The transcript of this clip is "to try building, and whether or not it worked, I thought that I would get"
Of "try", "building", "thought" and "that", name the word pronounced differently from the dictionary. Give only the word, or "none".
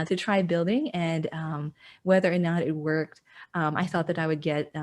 none